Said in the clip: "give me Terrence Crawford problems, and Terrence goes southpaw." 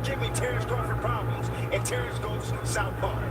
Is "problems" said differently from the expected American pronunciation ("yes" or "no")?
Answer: no